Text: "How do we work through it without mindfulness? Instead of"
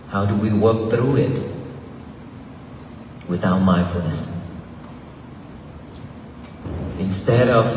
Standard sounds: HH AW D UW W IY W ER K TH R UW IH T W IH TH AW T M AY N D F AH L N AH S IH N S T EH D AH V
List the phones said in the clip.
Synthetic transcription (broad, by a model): HH AW D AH W IY W ER K TH R UW IH T W IH TH AW T M AY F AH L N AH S IH N S T EH D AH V